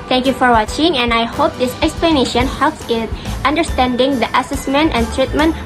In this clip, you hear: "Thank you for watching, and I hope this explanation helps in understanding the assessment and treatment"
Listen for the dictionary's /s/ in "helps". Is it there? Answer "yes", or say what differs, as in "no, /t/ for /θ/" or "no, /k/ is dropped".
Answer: yes